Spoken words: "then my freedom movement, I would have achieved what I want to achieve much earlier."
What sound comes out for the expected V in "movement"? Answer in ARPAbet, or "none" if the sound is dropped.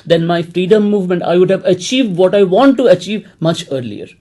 V